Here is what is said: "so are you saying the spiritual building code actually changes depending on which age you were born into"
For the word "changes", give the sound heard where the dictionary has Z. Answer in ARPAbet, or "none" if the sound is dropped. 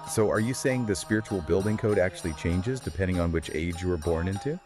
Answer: Z